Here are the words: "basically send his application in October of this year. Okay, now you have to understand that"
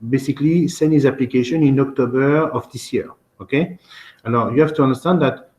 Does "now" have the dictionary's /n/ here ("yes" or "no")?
no